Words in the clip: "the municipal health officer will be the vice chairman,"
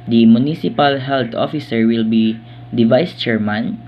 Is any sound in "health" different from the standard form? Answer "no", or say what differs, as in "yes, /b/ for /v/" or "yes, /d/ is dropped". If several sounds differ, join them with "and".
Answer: yes, /t/ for /θ/